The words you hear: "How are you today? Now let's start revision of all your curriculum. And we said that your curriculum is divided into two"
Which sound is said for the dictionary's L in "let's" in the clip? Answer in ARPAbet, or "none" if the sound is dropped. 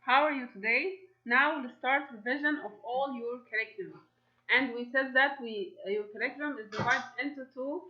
W